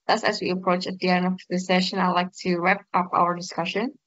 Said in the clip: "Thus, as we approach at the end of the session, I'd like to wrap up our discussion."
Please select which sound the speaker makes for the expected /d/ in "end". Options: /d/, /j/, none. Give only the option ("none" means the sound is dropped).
none